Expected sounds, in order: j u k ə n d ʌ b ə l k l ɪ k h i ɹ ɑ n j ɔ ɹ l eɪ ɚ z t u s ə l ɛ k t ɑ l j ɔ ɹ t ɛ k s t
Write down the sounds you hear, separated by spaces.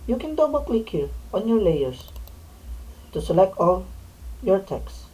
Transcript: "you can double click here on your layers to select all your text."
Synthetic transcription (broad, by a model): j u k ə n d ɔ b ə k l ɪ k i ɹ ɑ n j ɔ ɹ l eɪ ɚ s t u s ə l ɛ k t ɑ l j ɔ ɹ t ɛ k s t